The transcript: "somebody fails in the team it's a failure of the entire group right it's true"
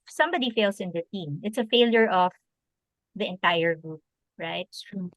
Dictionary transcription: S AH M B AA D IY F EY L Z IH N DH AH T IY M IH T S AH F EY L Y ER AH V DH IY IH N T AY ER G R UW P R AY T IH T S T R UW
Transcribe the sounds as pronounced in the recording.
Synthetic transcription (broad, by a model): S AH M B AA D IY F EY L S IH N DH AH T IY M IH T S AH F EY L Y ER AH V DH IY IH N T AY ER G R UW P R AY IH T T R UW